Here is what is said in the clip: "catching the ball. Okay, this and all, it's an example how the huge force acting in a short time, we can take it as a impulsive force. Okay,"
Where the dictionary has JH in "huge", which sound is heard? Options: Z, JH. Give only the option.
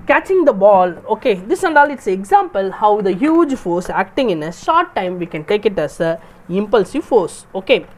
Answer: JH